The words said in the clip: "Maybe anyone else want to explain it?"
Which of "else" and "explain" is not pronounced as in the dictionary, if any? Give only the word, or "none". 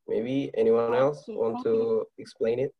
none